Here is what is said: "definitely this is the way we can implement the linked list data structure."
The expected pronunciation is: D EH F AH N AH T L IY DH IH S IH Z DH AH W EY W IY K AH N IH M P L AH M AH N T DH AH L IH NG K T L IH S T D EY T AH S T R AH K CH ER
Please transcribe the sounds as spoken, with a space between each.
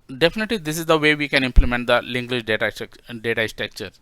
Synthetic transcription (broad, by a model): D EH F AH N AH T L IY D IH S IH Z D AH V EY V IY K AH N IH M P L AH M AH N T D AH L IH NG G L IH SH T D EY T AH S T R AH K CH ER